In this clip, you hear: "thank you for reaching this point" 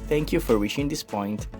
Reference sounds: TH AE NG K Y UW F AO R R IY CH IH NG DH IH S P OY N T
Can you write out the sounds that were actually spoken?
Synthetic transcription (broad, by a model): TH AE NG K Y UW F AO R W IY SH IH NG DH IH S P OY N T